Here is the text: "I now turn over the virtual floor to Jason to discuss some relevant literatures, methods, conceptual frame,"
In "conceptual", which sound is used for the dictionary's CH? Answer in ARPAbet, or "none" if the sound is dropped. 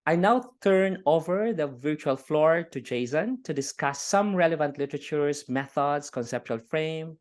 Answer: CH